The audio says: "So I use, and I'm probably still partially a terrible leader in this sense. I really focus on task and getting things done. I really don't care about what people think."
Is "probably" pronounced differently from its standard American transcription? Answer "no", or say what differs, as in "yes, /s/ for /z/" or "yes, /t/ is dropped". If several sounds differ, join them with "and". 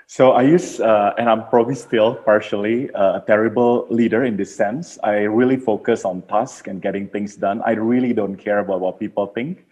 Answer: no